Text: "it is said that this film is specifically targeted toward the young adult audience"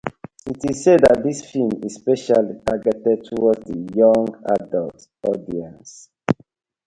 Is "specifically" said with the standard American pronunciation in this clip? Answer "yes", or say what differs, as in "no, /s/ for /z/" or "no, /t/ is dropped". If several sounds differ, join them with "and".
no, /k/ is dropped